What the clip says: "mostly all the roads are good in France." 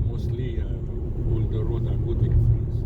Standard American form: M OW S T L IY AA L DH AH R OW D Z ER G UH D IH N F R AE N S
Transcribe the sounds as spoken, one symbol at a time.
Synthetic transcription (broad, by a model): M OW S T L IY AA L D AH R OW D ER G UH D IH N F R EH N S